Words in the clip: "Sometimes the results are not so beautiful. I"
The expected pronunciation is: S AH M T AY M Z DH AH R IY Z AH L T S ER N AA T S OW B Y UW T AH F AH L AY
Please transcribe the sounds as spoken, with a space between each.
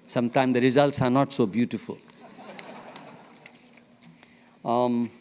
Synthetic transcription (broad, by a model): S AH M T AY M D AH R IY Z AH L T S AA N AA T S OW B Y UW T AH F AH L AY